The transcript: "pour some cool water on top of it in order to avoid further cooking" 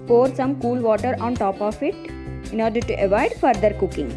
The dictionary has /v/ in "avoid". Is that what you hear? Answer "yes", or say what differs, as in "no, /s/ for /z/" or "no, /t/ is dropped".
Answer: yes